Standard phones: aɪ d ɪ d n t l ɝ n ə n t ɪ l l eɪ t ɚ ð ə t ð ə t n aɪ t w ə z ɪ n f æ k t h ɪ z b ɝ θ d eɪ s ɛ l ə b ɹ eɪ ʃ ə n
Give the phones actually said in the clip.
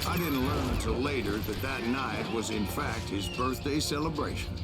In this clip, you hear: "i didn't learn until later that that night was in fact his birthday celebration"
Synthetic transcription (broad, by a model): aɪ d ɪ d n t l ɝ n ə n t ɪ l l eɪ t ɚ ð ə t ð ə t n aɪ t w ə z ɪ n f æ k t h ɪ z b ɝ θ d eɪ s ɛ l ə b ɹ eɪ ʃ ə n